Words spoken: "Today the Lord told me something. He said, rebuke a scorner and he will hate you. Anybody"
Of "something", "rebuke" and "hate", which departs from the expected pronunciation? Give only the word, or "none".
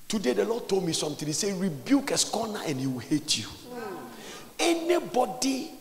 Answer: something